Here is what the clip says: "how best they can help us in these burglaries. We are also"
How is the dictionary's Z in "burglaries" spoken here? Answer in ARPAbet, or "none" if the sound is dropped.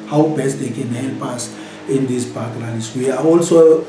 S